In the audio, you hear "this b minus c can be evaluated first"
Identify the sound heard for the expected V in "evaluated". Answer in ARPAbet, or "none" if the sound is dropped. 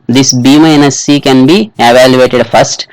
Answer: V